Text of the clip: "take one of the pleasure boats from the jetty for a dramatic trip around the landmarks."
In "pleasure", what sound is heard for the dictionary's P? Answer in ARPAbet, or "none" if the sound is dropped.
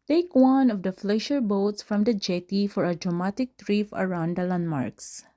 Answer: F